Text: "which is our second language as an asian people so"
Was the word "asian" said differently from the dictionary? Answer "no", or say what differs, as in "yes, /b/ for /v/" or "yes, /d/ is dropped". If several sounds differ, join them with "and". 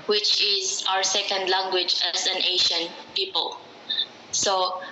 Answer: yes, /ʃ/ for /ʒ/